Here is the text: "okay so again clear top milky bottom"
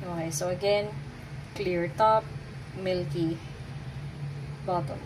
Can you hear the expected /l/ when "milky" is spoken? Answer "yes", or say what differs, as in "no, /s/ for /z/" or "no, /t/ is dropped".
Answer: yes